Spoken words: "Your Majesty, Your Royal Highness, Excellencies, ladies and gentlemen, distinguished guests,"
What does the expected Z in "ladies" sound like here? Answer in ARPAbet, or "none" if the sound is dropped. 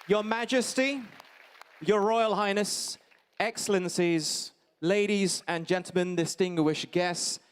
Z